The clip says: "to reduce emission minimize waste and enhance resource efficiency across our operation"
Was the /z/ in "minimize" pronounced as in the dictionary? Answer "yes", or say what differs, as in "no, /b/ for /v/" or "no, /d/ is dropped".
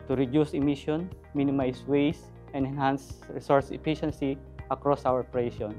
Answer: no, /s/ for /z/